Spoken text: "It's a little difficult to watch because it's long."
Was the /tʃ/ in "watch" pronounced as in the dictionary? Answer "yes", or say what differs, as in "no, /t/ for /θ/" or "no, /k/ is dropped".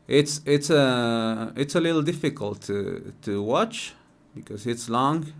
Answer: yes